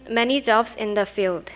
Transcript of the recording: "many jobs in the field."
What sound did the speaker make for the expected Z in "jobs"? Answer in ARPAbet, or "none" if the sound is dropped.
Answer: S